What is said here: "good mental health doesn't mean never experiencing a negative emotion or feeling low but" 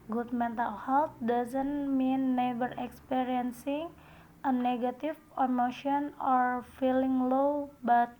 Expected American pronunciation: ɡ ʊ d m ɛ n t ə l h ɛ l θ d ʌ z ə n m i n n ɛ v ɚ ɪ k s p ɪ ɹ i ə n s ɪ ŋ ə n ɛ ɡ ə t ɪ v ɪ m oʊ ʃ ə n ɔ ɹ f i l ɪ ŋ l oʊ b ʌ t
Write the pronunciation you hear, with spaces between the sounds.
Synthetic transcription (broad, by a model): ɡ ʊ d m ɛ n t ə l h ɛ l t d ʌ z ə n m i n n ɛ b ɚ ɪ k s p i ɹ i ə n s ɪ ŋ ə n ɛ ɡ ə t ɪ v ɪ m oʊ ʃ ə n ɔ ɹ f i l ɪ ŋ l oʊ b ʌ t